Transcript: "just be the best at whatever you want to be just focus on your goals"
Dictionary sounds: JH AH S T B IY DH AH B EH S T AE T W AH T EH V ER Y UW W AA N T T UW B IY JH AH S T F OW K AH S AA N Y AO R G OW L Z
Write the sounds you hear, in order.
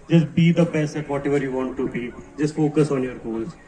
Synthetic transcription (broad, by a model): JH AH S T B IY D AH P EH S EH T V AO T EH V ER Y UW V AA N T T UW B IY JH AH S T F OW K AH S AA N Y AO R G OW L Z